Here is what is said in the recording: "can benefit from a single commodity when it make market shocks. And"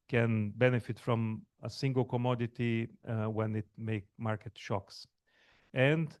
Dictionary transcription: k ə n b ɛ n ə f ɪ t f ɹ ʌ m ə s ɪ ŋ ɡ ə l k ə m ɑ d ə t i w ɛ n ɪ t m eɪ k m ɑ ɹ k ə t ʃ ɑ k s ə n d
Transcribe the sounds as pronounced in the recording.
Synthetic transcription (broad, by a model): k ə n b ɛ n ə f ɪ t f ɹ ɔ m ə s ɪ ŋ ɡ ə l k ə m ɑ d ə t i w ɛ n ɪ t m eɪ k m ɑ ɹ k ə t ʃ ɑ k s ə n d